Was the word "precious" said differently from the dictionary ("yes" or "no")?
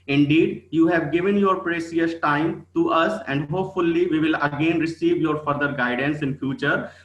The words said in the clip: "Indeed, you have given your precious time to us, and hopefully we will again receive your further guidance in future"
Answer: yes